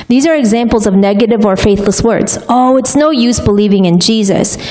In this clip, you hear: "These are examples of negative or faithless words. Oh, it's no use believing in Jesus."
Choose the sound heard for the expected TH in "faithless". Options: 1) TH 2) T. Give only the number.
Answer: 1